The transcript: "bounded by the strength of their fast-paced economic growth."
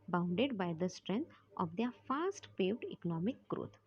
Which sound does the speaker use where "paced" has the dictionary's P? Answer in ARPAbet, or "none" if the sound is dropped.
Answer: F